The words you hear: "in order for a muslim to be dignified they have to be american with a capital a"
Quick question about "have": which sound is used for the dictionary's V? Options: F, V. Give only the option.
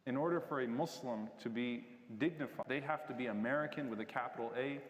F